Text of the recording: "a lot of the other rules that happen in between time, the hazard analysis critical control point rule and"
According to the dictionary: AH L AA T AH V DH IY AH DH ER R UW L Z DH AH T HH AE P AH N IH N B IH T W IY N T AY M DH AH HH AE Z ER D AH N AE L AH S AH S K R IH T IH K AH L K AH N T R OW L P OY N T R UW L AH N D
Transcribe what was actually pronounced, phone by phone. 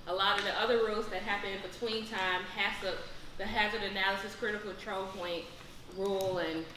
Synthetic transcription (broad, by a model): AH L AA T AH V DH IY AH DH ER R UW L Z DH AH T HH AE P AH N IH N B IH T W IY N T AY M DH AH HH AE Z ER D AH N AE L AH S AH S K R IH T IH K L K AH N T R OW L P OY N T R UW L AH N